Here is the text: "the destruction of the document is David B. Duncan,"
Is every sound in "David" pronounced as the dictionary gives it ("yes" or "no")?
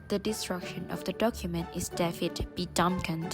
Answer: no